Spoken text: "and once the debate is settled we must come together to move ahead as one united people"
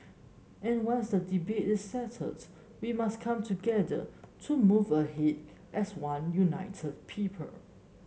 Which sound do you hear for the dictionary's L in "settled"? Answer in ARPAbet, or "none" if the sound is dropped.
none